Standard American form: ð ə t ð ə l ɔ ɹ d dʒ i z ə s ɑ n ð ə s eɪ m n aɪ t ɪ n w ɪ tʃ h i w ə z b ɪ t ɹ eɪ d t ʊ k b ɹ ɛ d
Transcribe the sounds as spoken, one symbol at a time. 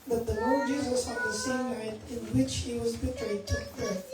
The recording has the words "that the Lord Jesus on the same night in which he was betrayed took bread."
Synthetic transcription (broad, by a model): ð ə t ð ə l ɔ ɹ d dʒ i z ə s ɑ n ð ə s eɪ m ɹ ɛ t ɪ n w ɪ tʃ h i w ə z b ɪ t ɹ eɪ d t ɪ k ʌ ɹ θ